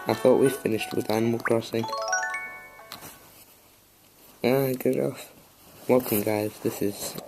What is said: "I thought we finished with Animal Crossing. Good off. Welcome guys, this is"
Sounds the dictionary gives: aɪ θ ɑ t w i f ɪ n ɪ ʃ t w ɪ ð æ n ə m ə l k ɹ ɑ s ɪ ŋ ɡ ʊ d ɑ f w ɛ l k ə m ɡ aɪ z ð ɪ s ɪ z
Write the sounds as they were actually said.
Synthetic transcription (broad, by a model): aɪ θ ɑ t w i f ɪ n ɪ ʃ t w ɪ ð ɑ n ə m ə l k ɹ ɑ s ɪ ŋ ɡ ʊ d ɑ f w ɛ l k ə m ɡ aɪ z ð ɪ s ɪ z